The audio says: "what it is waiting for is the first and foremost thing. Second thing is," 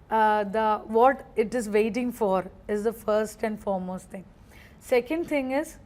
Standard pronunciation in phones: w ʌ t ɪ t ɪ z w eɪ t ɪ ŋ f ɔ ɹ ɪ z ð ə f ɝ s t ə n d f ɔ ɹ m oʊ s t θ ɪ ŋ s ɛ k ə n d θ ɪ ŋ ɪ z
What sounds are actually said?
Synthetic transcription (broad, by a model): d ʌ t ɪ t ɪ z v eɪ t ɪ ŋ f ɔ ɹ ɪ z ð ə f ɝ s t ə n d f ɔ ɹ m oʊ s t t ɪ ŋ s ɛ k ə n d t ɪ ŋ ɪ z